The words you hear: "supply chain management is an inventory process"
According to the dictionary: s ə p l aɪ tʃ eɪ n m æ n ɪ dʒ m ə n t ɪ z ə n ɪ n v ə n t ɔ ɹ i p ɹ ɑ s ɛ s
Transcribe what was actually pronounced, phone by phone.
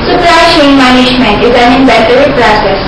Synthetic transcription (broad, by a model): s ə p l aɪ ʃ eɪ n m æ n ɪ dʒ m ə n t ɪ z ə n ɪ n b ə t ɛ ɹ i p ɹ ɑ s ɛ s